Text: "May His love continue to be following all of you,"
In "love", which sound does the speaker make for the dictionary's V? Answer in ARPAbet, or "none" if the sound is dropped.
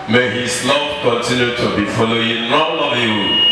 P